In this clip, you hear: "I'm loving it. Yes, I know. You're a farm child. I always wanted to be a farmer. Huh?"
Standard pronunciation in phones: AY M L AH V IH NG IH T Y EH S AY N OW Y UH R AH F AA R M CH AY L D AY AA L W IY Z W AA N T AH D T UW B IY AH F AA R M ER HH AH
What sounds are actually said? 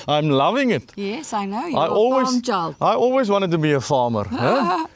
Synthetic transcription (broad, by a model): AY M L AH V IH NG IH T Y EH S AY N OW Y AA AH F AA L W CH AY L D AY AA L W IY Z W AA N T AH D T UW B IY AH F AA M ER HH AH